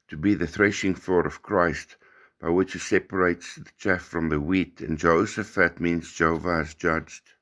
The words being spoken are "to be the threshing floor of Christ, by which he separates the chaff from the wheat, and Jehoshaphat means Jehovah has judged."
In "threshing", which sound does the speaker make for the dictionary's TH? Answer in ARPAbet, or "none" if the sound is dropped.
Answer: TH